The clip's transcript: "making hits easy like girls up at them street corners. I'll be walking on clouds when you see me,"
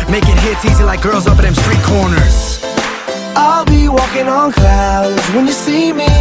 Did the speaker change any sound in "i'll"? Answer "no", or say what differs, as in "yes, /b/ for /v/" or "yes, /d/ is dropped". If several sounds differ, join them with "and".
no